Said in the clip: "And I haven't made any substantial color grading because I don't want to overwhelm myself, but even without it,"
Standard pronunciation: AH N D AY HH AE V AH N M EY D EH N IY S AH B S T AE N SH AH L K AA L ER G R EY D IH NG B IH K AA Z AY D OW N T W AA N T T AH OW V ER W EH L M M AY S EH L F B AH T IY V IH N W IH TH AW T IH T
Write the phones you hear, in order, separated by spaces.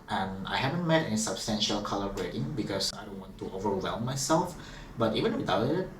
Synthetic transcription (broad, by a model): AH N AY HH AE V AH N M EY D EH N IY S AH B S T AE N SH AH L K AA L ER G R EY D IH NG B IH K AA S AY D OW N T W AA N T T OW V ER W EH L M M AY S EH L F B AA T IY V IH N W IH T AW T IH T